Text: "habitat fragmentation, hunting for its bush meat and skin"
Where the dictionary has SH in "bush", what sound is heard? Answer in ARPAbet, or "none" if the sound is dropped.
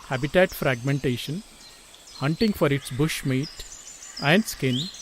SH